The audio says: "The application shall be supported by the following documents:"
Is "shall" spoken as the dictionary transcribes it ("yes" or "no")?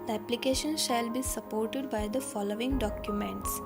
yes